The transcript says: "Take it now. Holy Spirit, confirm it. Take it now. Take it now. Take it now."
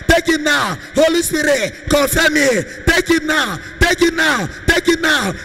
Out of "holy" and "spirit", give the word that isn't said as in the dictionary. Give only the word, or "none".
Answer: spirit